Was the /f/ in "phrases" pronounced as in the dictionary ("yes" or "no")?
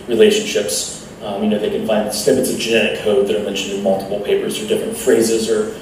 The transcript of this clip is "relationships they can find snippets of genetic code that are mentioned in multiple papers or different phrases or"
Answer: yes